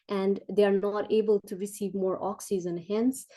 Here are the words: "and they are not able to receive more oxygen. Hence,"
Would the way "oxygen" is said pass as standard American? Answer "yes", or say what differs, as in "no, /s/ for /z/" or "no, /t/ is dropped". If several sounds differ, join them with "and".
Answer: no, /z/ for /dʒ/